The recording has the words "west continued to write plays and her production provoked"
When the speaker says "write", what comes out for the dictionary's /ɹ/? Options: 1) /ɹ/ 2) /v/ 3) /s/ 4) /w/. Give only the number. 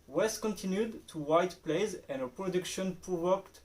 4